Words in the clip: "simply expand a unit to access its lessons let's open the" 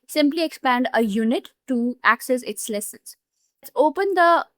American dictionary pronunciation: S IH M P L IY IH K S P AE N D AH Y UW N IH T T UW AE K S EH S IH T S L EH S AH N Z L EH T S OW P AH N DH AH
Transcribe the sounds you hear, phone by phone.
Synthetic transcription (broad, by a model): S IH M P L IY IH K S P AE N D AH Y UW N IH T T UW AE K S EH S IH T S L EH S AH N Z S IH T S OW P AH N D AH